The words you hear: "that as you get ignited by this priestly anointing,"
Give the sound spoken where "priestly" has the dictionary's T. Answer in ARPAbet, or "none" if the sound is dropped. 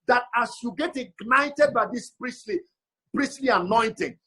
S